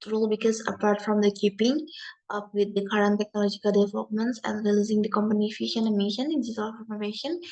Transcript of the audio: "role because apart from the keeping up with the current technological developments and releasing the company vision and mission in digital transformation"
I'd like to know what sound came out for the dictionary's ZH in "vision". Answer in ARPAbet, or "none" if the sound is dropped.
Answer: SH